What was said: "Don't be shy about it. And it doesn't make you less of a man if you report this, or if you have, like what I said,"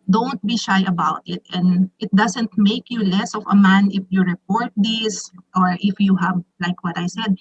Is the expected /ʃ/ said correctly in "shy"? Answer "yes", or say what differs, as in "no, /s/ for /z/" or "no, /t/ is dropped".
yes